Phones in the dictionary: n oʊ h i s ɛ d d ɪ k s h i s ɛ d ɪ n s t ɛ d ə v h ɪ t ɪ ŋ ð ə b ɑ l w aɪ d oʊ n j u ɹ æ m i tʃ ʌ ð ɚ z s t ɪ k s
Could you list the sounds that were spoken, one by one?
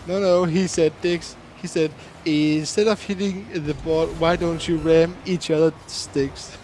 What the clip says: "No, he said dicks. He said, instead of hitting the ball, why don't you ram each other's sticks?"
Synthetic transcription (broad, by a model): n oʊ h i s ɛ d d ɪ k s h i s ɛ d ɪ n s t ɛ d ə v h ɪ t ɪ ŋ ð ə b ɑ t w aɪ d oʊ n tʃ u ɹ æ m i tʃ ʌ ð ɚ s t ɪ k s